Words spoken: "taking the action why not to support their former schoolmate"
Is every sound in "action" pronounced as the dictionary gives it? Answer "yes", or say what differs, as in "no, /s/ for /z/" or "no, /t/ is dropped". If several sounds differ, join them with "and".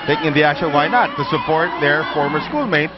no, /k/ is dropped